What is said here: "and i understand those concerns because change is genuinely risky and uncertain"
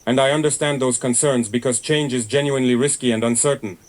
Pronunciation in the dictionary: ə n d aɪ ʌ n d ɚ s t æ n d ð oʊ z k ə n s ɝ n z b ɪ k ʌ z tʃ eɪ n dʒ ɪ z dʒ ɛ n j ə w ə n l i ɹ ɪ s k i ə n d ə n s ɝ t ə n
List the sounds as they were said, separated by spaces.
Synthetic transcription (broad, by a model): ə n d aɪ ʌ n d ɚ s t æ n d ð oʊ z k ə n s ɝ n z b ɪ k ʌ z tʃ eɪ n dʒ ɪ z dʒ ɛ n j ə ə n l i ɹ ɪ s k i ə n d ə n s ɝ t n